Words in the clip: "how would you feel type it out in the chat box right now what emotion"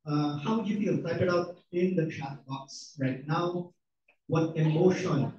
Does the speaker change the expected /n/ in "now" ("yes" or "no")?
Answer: no